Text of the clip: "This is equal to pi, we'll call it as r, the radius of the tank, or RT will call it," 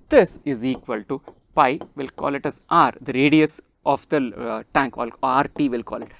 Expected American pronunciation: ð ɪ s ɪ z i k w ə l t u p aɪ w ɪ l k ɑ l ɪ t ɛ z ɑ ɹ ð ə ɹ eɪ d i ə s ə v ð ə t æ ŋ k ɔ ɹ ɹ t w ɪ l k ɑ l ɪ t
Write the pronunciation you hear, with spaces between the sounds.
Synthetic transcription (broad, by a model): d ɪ s ɪ z i k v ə l t u p aɪ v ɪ l k ɑ l ɪ t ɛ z ɑ ɹ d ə ɹ eɪ d i ə s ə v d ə t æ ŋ k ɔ l ɹ t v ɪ l k ɑ l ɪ t